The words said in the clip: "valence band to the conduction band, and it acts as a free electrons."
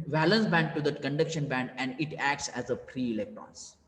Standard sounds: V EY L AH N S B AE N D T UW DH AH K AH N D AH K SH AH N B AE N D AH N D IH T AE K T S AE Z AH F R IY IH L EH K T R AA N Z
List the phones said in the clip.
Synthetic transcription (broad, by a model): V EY L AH N S B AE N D T UW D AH K AH N D AH K SH AH N B AE N D AH N D IH T AE K T S AE Z AH P R IY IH L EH K T R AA N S